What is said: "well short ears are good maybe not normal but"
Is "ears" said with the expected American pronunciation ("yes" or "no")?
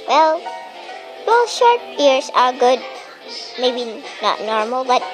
no